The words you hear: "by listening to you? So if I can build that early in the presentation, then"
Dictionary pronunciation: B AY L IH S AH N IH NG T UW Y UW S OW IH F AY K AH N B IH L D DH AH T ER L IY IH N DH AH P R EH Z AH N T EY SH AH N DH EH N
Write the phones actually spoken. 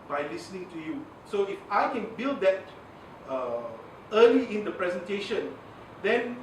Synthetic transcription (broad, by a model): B AY L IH S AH N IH NG T UW Y UW S OW IH F AY K AH N B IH L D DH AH T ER L IY IH N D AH P R EH Z AH N T EY SH AH N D EH N